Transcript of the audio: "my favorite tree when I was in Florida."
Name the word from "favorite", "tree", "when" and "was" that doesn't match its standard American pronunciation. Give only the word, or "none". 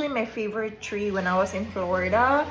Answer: was